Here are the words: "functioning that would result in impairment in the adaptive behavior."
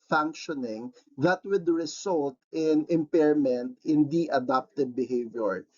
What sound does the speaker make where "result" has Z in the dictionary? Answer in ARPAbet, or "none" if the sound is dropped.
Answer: S